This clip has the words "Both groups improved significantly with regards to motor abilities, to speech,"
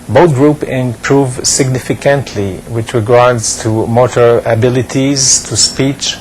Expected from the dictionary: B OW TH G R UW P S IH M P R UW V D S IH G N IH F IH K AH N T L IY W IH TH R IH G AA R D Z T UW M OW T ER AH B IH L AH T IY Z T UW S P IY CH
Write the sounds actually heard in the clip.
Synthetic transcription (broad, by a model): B OW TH G R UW P IH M P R UW V S IH G N IH F IH K AH N T L IY W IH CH R IH G AA R D Z T UW M OW T ER AH B IH L AH T IY Z T UW S P IY CH